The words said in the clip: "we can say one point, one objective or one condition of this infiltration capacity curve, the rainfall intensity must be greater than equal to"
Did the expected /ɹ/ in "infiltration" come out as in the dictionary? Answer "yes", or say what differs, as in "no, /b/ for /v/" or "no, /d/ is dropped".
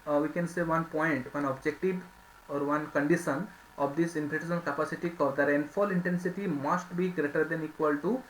no, /ɹ/ is dropped